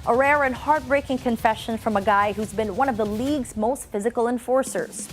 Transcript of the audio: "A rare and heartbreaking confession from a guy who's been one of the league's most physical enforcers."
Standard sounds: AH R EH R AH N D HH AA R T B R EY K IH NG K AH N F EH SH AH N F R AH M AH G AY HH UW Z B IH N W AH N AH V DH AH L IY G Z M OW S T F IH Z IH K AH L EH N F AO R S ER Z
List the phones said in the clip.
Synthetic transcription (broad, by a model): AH R EH R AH N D HH AA R T B R EY K IH NG K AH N F EH SH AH N F R AH M AH G AY HH UW Z B IH N W AH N AH V DH AH L IY G Z M OW S T F IH Z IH K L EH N F AO R S ER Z